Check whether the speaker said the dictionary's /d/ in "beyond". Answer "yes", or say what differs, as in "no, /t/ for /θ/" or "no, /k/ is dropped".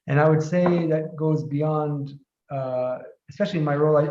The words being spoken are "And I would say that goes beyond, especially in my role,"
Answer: yes